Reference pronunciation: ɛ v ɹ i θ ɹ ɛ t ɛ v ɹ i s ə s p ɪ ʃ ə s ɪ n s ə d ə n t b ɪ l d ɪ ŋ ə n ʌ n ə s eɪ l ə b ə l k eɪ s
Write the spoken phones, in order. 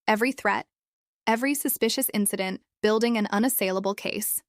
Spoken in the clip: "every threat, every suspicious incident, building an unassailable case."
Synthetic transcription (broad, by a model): ɛ v ɹ i θ ɹ ɛ t ɛ v ɹ i s ə s p ɪ ʃ ə s ɪ n s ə d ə n b ɪ l d ɪ ŋ ə n ʌ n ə s eɪ l ə b l k eɪ s